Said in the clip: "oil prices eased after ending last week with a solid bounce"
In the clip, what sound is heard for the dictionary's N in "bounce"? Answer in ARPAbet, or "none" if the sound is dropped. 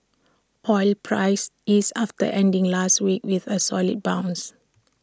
N